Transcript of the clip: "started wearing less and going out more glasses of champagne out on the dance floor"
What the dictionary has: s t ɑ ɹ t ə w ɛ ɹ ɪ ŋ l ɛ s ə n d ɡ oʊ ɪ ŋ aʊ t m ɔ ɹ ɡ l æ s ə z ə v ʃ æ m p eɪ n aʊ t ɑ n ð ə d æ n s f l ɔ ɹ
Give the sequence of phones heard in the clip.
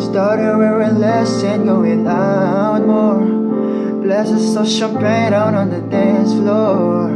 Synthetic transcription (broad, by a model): s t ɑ ɹ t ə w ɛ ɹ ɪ l ɛ s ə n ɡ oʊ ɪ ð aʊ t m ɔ ɹ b l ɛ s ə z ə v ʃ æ p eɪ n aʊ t ɑ n ð ə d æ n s f l ɔ